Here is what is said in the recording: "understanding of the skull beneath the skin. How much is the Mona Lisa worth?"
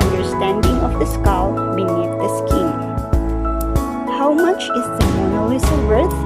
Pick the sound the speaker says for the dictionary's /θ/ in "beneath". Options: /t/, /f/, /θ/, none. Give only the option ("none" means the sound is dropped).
/t/